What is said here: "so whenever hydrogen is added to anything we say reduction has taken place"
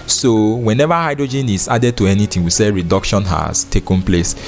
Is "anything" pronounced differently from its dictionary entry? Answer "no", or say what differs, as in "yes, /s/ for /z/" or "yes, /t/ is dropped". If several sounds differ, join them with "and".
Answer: yes, /t/ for /θ/